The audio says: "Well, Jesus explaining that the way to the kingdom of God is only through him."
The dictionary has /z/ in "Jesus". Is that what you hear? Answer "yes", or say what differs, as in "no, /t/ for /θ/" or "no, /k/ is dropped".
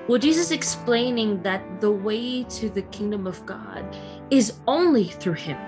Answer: yes